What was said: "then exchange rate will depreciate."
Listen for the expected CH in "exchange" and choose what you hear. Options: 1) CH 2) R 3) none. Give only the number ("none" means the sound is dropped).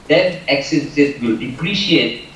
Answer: 3